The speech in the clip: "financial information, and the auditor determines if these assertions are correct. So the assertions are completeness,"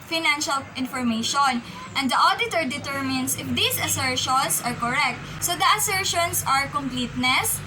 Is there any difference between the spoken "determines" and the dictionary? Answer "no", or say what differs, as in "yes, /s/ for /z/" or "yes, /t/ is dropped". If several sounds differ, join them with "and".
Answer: yes, /s/ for /z/